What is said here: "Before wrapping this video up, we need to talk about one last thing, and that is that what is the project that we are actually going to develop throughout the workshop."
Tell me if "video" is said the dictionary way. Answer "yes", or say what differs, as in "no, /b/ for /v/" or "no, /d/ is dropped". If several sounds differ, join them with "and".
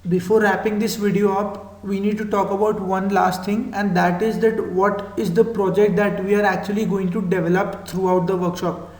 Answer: yes